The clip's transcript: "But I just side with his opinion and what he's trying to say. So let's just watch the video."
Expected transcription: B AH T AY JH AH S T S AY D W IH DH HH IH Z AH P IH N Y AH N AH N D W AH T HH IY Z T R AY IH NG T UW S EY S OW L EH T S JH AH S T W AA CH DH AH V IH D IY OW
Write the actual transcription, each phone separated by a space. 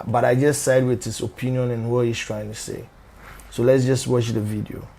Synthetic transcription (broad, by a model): B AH T AY JH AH S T S AY D W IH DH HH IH S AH P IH N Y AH N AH N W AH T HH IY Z T R AY IH NG T UW S EY S OW L EH T S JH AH S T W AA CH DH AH V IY D IY OW